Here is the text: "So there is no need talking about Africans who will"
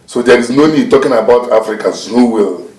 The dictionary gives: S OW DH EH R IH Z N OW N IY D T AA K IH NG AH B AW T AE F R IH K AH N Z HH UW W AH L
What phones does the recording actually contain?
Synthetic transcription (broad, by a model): S OW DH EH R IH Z N OW N IY D T AA K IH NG AH B AW T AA F R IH K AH Z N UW W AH L